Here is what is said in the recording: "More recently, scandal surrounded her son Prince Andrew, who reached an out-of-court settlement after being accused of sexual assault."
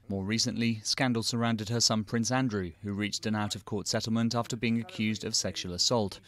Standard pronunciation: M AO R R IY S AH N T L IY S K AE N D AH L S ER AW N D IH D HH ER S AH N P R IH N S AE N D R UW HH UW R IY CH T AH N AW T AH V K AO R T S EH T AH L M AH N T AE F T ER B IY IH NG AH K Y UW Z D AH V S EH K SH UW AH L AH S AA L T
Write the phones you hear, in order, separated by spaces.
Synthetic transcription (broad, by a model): M AO R R IY S AH N T L IY S K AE N D L S ER AW N D IH D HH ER S AH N P R IH N S AE N D R UW HH UW R IY CH T AH N AW T AH V K AO R T S EH T L M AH N T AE F T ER B IY IH NG AH K Y UW Z D AH V S EH K SH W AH L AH S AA L T